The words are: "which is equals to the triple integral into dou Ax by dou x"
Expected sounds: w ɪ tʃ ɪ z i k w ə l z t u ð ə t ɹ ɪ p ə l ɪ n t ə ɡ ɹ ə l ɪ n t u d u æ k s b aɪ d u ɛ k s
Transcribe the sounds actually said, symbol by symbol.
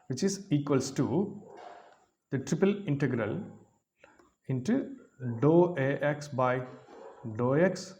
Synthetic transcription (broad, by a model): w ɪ tʃ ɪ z i k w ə l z t u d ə t ɹ ɪ p ə l ɪ n t ə ɡ ɹ ə l ɪ n t u d u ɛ k s b aɪ d u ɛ k s